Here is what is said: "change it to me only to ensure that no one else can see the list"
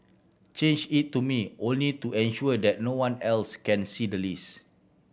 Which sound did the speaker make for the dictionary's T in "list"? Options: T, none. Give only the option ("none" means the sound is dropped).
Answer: none